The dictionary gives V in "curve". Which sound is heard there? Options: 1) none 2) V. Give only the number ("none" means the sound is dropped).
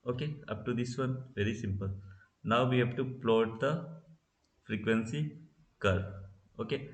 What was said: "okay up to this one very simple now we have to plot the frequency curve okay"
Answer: 1